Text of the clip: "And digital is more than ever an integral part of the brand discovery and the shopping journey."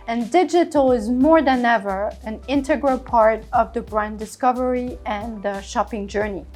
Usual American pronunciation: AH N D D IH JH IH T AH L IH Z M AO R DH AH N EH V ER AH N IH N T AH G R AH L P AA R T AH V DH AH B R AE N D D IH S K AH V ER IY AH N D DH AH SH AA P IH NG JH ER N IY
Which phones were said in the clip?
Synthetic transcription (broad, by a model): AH N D D IH JH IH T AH L IH Z M AO R DH AH N EH V ER AH N IH N T AH G R AH L P AA R T AH V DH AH B R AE N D D IH S K AH V ER IY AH N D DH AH SH AA P IH NG JH ER N IY